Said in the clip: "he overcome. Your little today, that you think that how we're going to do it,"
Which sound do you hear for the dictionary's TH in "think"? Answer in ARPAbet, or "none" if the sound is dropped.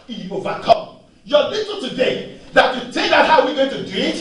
T